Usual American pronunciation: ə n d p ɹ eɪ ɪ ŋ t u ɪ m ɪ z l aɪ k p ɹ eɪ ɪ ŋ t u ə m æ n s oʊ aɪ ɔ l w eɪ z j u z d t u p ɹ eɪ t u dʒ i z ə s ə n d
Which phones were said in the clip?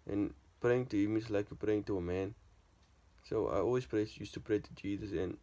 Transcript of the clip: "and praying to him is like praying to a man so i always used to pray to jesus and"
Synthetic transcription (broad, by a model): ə n p ɹ eɪ ɪ ŋ t u ɪ m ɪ s l aɪ k p ɹ eɪ ɪ ŋ t u ə m æ n s oʊ aɪ ɔ l w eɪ s j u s t u p ɹ eɪ t u dʒ i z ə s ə n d